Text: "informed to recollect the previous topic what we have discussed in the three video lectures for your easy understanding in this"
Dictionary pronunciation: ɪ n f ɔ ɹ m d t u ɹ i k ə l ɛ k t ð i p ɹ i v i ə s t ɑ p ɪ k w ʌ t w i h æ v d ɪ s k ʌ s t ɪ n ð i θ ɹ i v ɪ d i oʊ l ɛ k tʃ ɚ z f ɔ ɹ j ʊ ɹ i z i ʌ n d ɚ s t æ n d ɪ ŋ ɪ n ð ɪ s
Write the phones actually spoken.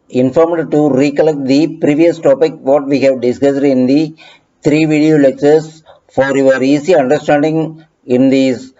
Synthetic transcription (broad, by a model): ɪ n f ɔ ɹ m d t u ɹ i k ə l ɛ k t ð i p ɹ i v i ə s t ɑ p ɪ k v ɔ t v i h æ v d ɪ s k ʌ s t ɪ n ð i t ɹ i v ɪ d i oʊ l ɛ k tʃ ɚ s f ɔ ɹ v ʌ ɹ i s i ʌ n d ɚ s t æ n d ɪ ŋ ɪ n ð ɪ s